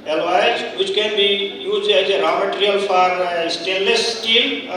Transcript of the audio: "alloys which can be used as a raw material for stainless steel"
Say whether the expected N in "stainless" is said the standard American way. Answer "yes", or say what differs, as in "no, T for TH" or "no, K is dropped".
no, N is dropped